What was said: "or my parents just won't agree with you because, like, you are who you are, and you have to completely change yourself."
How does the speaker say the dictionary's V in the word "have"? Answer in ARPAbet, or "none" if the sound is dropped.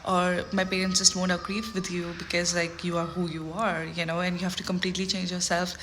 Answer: F